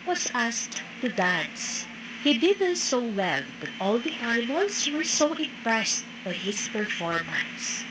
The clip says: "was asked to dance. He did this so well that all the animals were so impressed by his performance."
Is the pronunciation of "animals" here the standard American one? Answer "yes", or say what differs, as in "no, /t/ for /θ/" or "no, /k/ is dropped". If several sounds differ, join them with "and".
no, /n/ is dropped